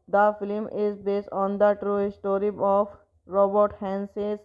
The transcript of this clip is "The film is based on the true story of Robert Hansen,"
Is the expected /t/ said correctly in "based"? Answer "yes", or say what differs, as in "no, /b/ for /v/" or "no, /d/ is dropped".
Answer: yes